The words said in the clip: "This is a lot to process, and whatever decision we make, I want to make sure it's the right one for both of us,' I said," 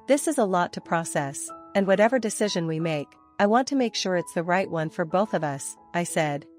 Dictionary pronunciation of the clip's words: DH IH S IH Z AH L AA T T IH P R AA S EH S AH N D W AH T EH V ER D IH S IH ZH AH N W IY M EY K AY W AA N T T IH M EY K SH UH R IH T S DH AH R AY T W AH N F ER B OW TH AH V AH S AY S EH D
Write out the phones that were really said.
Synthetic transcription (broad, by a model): DH IH S IH Z AH L AA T T IH P R AA S EH S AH N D W AH T EH V ER D IH S IH ZH AH N W IY M EY K AY W AA N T T IH M EY K SH UH R IH T S DH AH R AY T W AH N F ER B OW TH AH V AH S AY S EH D